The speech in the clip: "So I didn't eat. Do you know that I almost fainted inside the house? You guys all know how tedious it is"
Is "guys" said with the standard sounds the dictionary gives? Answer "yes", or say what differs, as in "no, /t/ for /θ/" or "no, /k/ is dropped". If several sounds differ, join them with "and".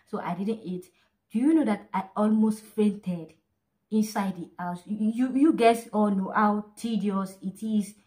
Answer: no, /s/ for /z/